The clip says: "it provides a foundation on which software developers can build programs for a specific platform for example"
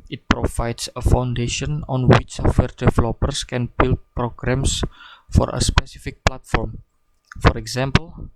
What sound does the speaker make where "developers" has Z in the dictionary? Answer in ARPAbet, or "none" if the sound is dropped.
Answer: S